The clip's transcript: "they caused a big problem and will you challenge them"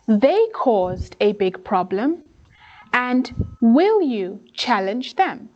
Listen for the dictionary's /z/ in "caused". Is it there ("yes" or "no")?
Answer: yes